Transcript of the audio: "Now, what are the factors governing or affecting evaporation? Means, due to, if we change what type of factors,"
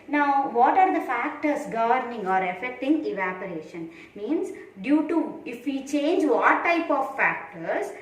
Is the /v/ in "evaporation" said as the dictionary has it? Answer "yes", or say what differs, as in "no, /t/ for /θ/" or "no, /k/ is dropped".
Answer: yes